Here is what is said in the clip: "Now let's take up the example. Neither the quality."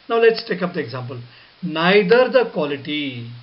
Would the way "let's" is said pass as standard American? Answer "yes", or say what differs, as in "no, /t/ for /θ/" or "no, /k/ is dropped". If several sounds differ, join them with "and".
yes